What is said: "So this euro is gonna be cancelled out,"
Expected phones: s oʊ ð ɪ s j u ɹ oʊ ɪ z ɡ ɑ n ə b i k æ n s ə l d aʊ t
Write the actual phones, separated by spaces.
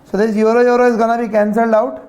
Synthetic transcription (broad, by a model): s oʊ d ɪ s j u ɹ oʊ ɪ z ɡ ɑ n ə b i k æ n s ə l d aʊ t